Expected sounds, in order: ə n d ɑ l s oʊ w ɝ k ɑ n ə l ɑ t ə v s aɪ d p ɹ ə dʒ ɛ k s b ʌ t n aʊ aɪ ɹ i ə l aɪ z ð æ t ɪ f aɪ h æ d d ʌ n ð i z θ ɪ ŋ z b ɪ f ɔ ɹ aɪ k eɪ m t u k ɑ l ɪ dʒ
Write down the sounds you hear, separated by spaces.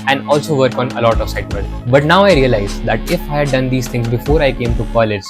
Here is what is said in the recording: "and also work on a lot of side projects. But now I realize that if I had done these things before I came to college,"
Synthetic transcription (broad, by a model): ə n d ɑ l s oʊ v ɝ k ɑ n ə l ɑ t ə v s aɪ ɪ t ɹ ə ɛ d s b ʌ t n aʊ aɪ ɹ i ə l aɪ z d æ t ɪ f aɪ h æ d d ʌ n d i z t ɪ ŋ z b ɪ f ɔ ɹ aɪ k eɪ m t u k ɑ l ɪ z